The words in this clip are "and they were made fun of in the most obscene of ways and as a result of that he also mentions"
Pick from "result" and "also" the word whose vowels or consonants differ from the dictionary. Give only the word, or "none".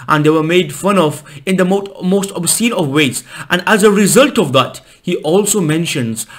none